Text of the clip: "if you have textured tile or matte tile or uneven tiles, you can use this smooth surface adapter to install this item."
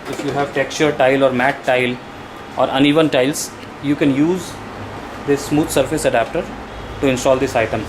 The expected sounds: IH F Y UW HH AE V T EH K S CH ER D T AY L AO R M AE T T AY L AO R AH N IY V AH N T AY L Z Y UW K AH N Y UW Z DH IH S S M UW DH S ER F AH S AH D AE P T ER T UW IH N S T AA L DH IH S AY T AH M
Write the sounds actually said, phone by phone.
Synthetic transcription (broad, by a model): IH F Y UW HH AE V T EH K S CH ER D T AY L AO R M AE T T AY L AO R AH N IY V AH N T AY L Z Y UW K AH N Y UW Z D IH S S M UW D S ER F AH S AH D AE P T ER T UW IH N S T AA L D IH S AY T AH M